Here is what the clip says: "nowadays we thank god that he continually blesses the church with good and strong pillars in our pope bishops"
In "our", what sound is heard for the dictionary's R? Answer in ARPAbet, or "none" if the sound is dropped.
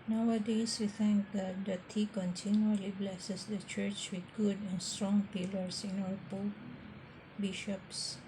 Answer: L